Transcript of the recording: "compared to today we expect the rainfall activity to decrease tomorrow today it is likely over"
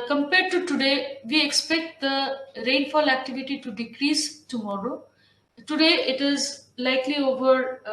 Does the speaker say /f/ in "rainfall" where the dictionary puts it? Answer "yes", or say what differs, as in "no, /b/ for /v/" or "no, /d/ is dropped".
yes